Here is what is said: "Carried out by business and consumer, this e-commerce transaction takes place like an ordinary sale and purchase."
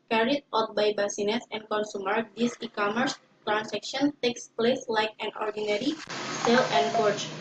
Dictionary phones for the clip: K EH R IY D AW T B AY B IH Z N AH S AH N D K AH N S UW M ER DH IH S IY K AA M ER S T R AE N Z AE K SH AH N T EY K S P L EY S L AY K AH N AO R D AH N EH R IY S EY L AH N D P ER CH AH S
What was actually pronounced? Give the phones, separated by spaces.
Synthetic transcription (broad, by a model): K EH R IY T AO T B AY B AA S N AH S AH N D K AH N S UW M ER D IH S IY K AA M ER S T R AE N S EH K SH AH N T EY K S P L EY S L AY K AH N AO R D AH N EH R IY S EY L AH N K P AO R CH